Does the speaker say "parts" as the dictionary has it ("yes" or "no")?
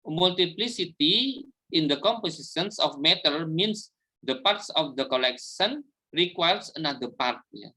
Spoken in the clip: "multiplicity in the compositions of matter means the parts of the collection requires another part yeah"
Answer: yes